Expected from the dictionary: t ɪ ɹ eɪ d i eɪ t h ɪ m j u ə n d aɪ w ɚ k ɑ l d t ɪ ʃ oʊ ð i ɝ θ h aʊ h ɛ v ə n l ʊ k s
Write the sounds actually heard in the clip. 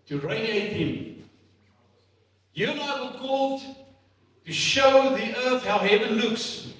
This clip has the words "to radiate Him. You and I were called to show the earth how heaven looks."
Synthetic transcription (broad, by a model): t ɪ ɹ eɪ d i eɪ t h ɪ m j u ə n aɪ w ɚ k ɑ l d t ɪ ʃ oʊ ð i ɝ θ h aʊ h ɛ v ə n l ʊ k s